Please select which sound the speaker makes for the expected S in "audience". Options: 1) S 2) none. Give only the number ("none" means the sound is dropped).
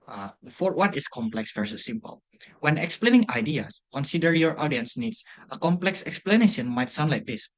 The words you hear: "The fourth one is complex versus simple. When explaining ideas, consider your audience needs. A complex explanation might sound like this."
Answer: 1